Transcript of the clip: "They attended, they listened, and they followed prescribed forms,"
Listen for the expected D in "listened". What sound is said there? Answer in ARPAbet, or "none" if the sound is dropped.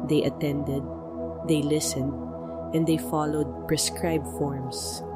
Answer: D